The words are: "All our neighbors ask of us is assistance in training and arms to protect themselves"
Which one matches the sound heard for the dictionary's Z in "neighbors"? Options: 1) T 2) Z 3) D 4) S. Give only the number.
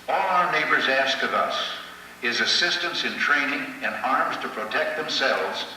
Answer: 2